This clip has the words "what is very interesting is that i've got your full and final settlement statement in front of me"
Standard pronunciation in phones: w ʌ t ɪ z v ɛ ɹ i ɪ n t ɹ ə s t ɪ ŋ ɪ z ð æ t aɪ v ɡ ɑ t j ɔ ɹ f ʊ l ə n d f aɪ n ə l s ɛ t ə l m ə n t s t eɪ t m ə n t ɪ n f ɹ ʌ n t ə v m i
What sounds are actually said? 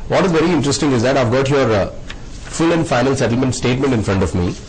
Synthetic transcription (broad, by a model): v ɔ t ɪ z v ɛ ɹ i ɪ n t ɹ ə s t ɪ ŋ ɪ z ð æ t aɪ v ɡ ɑ t j ɔ ɹ f ʊ l ə n d f aɪ n ə l s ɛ t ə l m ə n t s t eɪ t m ə n t ɪ n f ɹ ʌ n t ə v m i